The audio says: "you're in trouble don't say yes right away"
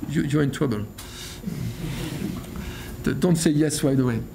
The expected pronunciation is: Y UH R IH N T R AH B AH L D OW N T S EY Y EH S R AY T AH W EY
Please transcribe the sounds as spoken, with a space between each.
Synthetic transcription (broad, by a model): Y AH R IH N T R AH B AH L D OW N T S EY Y EH S W AY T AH W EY